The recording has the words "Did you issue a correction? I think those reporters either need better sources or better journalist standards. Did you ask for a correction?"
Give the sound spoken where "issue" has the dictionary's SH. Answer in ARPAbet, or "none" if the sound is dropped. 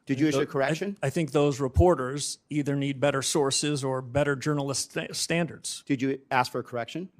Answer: none